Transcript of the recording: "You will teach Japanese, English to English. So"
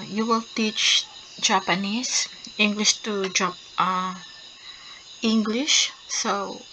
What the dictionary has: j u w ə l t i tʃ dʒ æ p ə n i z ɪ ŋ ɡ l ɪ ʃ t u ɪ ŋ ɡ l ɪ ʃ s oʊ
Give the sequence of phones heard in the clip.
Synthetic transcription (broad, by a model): j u w ə l t i tʃ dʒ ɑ p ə n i s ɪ ŋ ɡ l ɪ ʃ t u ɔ ŋ ɡ l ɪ ʃ s oʊ